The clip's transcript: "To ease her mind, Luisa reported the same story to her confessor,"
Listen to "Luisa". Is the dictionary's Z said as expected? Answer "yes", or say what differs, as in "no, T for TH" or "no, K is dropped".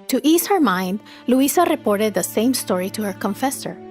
no, S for Z